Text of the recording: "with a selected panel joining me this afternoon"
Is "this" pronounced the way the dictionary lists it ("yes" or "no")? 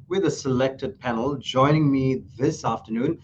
yes